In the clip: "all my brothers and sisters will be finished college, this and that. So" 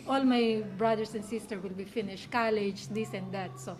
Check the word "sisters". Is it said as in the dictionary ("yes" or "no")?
no